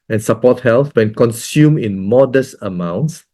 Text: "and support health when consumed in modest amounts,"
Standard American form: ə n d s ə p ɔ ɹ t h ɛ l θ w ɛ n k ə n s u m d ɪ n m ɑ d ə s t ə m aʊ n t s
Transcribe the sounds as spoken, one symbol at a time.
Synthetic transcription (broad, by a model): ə n s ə p ɔ t h ɛ l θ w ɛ n k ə n s u m ɪ n m ɑ d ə s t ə m aʊ n t s